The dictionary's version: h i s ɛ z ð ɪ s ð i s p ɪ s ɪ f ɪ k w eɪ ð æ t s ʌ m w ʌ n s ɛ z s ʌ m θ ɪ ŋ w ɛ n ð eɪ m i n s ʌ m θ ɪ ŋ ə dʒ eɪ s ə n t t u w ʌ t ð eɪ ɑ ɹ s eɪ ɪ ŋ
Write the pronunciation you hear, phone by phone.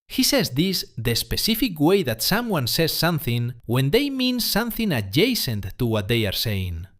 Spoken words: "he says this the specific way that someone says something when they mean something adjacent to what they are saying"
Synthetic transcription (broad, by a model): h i s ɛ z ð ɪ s ð i s p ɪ s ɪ f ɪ k w eɪ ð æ t s ʌ m w ʌ n s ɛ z s ʌ m θ ɪ ŋ w ɛ n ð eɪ m i n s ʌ m θ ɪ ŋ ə dʒ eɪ s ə n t t u w ʌ t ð eɪ ɑ ɹ s eɪ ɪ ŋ